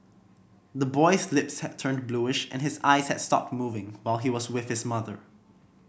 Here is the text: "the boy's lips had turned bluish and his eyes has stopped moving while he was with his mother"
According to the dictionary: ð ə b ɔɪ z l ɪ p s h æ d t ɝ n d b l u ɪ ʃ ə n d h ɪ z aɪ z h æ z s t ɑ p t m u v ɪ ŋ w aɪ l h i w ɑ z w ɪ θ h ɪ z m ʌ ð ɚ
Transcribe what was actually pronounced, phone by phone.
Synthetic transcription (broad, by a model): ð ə b ɔɪ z l ɪ p s h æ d t ɝ n b l u ɪ ʃ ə n h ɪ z aɪ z h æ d s t ɑ p t m u v ɪ ŋ w aɪ l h i w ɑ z w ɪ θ h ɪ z m ʌ ð ɚ